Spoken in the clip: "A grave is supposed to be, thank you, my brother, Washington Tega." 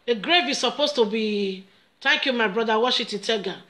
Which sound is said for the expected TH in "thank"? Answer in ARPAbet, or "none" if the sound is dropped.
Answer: T